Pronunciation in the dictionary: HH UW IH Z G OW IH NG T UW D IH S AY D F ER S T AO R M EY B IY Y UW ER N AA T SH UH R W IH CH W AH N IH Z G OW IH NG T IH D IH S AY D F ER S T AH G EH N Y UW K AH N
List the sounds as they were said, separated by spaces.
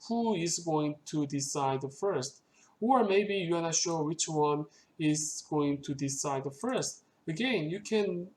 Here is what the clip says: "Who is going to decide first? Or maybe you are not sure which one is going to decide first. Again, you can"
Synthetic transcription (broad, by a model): HH UW IH Z G OW IH NG T UW D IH S AY D F ER S T AO R M EY B IY Y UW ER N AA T SH UH W IH CH W AH N IH Z G OW IH NG T IH D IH S AY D F ER S T AH G EH N Y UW K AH N